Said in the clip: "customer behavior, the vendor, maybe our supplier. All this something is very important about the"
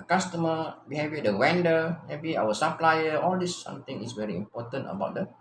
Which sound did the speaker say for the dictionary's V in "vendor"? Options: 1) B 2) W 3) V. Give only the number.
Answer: 2